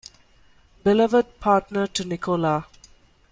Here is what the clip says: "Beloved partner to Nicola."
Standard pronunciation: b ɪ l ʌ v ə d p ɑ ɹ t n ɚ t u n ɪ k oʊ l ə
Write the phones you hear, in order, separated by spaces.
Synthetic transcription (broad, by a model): b ɪ l ʌ v ə d p ɑ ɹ t n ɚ t u n ɪ k oʊ l ə